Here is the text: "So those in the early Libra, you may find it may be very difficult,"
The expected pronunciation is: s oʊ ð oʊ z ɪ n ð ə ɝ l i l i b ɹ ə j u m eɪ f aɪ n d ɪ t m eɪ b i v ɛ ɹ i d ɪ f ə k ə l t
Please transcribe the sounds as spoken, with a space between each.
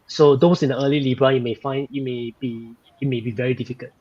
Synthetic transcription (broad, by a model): s oʊ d oʊ s ɪ n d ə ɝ l i l i b ɹ ə j u m eɪ f aɪ n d ɪ t m eɪ b i v ɛ ɹ i d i f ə k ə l t